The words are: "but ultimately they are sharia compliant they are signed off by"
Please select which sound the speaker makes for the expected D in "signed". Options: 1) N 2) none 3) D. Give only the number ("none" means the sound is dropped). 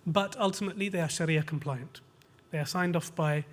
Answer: 3